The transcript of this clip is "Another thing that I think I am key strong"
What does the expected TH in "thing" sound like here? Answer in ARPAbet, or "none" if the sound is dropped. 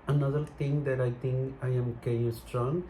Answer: T